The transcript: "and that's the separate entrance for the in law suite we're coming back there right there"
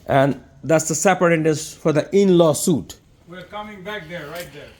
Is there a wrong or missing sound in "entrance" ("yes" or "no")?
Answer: yes